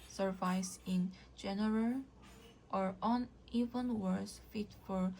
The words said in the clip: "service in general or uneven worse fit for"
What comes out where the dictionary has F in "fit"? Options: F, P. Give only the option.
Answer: F